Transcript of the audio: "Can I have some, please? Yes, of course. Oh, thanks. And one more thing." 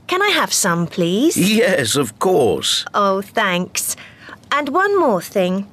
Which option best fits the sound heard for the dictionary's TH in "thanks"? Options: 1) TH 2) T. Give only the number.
1